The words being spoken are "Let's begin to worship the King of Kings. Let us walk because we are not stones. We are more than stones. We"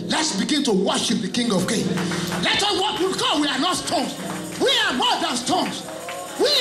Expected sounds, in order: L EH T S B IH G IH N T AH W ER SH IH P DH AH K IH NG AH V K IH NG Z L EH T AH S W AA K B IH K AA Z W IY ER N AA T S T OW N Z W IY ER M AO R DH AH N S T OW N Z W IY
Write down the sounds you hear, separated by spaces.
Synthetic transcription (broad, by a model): L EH T S B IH G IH N T AH W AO SH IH P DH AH K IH NG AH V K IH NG L EH T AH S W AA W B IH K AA W IY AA N AA T S T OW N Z W IY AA M AO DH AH N S T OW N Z W IY